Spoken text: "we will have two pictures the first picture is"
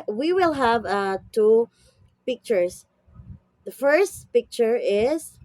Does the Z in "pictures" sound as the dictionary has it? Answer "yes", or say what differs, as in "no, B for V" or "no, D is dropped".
no, S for Z